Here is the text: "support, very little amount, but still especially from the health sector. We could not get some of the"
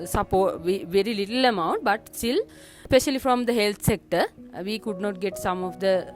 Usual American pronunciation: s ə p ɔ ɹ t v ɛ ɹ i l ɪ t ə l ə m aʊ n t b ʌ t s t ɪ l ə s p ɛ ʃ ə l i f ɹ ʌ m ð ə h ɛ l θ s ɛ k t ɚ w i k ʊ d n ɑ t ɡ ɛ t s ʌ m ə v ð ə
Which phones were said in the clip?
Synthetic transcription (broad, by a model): s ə p ɔ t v v ɛ ɹ i l ɪ t ə l ə m aʊ n t b ʌ t s t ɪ l s p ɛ ʃ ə l i f ɹ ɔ m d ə h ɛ l t s ɛ k t ɚ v i k ʊ d n ɑ t ɡ ɛ t s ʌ m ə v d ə